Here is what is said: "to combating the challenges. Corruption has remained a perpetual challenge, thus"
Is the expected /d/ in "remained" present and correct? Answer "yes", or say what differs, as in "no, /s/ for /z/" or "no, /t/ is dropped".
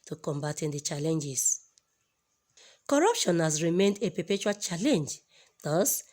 yes